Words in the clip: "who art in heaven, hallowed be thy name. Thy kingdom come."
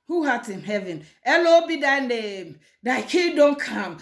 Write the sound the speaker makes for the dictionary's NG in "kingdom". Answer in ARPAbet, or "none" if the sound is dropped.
none